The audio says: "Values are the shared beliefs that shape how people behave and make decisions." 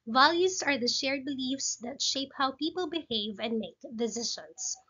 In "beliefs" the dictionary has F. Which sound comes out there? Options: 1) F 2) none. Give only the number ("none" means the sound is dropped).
1